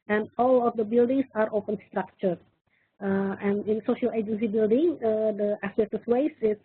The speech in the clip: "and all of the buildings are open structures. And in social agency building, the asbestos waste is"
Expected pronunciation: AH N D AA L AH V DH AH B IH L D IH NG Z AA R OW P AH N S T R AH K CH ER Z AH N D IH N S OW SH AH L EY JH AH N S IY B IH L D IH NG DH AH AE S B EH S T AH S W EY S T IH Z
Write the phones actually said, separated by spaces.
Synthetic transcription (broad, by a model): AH N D AA L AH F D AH B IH L D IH NG S AA R OW P AH N S T R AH K CH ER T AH N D IH N S OW SH AH L EY JH AH N S IY B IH L D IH NG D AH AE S EH T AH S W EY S IH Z